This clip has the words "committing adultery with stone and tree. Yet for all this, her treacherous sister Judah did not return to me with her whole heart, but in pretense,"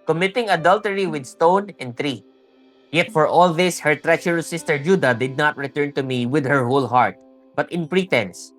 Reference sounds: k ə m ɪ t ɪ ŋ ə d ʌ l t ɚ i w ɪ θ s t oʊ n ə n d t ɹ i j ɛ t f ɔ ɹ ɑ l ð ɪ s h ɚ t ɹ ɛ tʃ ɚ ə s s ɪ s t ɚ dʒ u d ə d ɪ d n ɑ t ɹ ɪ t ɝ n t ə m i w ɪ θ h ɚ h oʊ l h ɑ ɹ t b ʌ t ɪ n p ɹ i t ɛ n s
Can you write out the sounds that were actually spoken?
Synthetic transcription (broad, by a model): k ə m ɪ t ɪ ŋ ə d ʌ l t ɚ i w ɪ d s t oʊ n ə n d t ɹ i j ɛ t f ɔ ɹ ɑ l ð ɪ s h ɚ t ɹ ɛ tʃ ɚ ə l s ɪ s t ɚ dʒ u d ə d ɪ d n ɑ t ɹ ɪ t ɝ n t ə m i w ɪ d h ɚ h oʊ l h ɑ ɹ t b ʌ t ɪ n p ɹ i t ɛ n s